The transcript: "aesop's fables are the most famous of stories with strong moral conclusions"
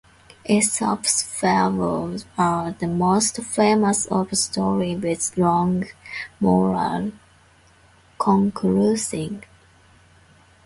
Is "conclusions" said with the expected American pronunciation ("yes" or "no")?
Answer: no